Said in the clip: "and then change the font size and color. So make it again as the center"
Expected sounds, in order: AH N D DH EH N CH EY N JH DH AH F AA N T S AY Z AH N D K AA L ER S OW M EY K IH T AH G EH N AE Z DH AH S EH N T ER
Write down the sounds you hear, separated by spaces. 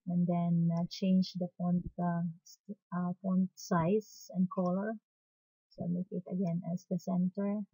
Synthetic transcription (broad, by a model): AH N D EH N CH EY N JH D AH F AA N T S AY S AH N D K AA L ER S OW M EY K IH T AH G EH N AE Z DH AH S EH N T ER